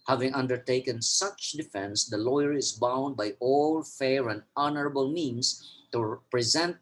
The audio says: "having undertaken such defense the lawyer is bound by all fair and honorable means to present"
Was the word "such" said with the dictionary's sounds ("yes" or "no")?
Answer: yes